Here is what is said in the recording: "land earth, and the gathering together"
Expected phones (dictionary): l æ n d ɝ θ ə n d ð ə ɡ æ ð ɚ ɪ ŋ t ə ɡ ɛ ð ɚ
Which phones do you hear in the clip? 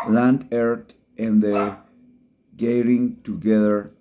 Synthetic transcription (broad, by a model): l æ n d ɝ t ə n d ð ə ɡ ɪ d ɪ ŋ t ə ɡ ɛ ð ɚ